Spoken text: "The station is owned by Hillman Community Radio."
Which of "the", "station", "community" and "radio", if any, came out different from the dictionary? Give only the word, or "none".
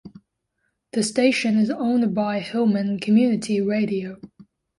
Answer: none